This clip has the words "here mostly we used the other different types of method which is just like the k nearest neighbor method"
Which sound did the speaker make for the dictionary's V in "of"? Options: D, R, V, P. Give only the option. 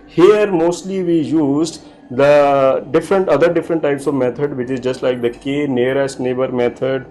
V